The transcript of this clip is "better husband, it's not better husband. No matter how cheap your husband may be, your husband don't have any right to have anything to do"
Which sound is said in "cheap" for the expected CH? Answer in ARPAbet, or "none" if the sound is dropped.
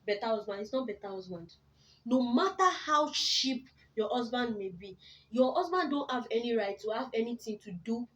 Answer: SH